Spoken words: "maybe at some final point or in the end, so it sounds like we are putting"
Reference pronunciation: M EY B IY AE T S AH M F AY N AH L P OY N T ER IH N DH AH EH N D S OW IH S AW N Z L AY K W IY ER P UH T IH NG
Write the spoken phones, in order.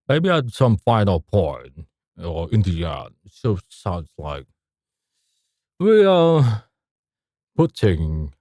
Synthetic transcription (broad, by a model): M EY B IY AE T S AH M F AY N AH L P OY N ER IH N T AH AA D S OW IH S AW N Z L AY K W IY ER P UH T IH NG